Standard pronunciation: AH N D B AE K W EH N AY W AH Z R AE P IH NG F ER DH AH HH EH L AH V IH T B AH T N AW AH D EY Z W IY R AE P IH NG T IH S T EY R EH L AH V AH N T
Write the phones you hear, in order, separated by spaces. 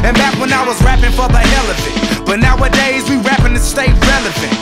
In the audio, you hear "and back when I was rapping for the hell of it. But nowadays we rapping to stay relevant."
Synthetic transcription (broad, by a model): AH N B AE K W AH N AY W AH Z R AE P IH NG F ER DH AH HH EH L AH F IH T B AH T N AW AH D EY Z W IY R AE P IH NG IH S T EY R EH L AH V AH N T